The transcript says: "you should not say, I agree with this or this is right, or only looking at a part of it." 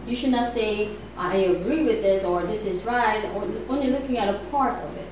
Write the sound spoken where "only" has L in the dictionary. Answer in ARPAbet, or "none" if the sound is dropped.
none